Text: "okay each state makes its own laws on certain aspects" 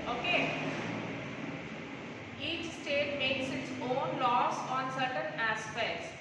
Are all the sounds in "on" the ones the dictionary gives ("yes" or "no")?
yes